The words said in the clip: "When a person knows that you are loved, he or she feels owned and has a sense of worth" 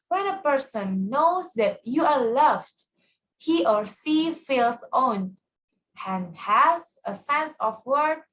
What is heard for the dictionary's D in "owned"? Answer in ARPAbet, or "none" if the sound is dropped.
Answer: none